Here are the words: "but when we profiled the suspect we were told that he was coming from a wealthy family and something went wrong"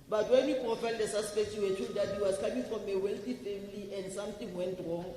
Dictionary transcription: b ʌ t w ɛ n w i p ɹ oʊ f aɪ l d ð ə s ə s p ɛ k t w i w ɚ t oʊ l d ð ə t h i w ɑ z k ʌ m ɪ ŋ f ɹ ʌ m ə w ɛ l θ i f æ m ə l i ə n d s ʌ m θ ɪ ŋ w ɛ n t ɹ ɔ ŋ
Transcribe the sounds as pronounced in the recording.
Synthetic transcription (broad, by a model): b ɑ t w ɛ n w i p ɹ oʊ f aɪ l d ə s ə s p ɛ k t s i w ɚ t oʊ n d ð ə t h i w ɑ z k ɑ m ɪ ŋ f ɹ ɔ m ə w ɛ l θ i f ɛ m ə l i ə n d s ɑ m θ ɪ ŋ w ɛ n t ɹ ɔ ŋ